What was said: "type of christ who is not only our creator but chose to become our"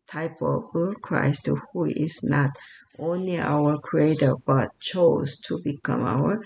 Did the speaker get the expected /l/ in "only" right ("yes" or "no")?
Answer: yes